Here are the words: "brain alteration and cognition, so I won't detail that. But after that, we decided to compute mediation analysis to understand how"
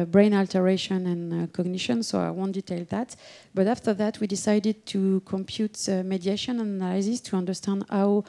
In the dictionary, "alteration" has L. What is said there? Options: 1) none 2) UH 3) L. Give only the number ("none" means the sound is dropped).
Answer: 3